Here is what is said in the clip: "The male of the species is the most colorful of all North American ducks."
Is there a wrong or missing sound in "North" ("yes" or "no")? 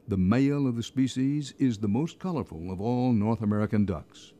no